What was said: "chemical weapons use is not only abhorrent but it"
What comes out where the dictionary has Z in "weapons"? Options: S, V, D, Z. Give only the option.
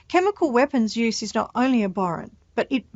Z